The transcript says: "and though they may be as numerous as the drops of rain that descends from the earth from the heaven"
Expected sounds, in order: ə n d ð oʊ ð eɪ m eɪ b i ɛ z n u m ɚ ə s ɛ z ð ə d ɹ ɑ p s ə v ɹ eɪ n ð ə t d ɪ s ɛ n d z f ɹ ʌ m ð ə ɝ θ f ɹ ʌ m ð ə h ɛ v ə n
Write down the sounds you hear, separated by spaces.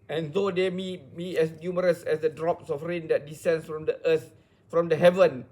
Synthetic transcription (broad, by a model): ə n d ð oʊ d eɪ m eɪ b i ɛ s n u m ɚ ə s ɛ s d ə d ɹ ɑ p s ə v ɹ eɪ n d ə t d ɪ s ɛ n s f ɹ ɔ m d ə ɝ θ f ɹ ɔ m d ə h ɛ v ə n